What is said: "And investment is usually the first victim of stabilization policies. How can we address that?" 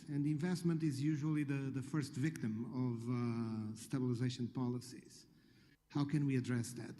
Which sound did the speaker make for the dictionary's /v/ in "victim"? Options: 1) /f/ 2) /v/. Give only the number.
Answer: 2